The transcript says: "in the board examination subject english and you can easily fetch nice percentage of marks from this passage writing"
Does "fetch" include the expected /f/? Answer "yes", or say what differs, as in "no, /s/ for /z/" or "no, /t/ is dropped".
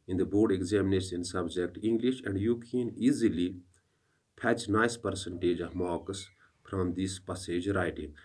no, /p/ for /f/